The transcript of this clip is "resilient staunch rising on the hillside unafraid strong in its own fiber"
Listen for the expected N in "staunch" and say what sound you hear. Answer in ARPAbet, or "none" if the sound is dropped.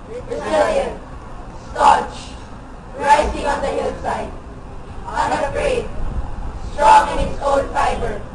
none